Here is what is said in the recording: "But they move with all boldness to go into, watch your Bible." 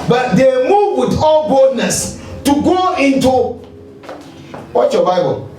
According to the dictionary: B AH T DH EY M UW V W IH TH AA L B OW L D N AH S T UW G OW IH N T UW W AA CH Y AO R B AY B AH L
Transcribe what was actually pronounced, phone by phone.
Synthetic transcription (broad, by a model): B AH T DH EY M UW V W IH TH AA L B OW D N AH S T UW G OW IH N T UW W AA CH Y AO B AY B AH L